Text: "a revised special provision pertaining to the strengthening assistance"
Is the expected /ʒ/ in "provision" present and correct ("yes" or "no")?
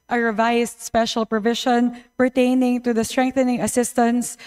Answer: no